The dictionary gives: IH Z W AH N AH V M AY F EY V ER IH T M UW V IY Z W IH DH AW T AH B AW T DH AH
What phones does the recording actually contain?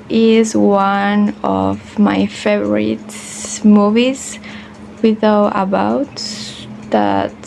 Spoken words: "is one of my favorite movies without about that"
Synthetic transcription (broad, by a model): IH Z W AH N AH V M AY F EY V ER IH T M UW V IY Z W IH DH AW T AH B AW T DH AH